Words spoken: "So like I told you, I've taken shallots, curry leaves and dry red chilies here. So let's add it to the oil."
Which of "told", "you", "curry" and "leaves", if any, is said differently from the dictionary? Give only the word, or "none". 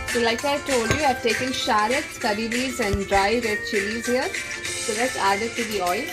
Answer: leaves